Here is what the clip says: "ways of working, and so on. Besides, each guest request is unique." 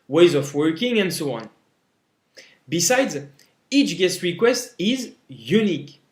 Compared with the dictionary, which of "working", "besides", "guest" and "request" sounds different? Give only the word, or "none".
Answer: none